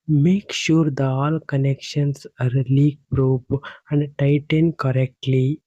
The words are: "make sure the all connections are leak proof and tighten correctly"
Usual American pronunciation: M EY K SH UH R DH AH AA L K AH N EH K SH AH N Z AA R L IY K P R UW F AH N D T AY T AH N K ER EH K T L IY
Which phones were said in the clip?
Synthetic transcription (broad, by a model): M EY K SH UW R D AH AA L K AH N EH K SH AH N S AA R L IY K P R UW P AH N D T AY T AH N K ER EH K T L IY